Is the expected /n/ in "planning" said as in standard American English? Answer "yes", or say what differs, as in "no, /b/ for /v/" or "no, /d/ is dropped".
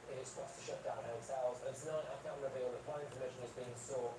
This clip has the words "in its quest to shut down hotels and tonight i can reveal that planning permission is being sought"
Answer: no, /n/ is dropped